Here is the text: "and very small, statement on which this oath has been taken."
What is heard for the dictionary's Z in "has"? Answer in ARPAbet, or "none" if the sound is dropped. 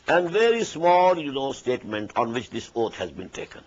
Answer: Z